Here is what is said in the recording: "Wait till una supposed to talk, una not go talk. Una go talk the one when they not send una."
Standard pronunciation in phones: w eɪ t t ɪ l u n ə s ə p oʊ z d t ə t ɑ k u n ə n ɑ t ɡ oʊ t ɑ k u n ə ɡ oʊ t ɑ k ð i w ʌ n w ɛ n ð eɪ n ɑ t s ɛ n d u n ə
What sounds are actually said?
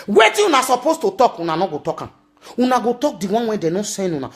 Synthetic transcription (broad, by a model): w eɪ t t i u n ə s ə p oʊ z t ə t ɑ k u n ə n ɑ ɡ oʊ t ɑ k u n ə ɡ oʊ t ɑ k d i w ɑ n w ɛ n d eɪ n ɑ s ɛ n u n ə